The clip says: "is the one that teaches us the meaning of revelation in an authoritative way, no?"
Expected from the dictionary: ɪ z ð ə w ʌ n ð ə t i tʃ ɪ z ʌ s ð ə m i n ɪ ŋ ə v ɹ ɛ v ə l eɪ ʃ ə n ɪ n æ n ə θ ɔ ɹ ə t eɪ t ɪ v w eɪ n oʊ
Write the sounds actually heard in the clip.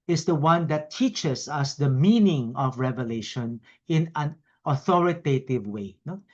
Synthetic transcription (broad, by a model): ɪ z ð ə w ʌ n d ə t i tʃ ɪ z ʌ s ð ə m i n ɪ ŋ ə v ɹ ɛ v ə l eɪ ʃ ə n ɪ n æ n ə θ ɔ ɹ ə t eɪ t ɪ v w eɪ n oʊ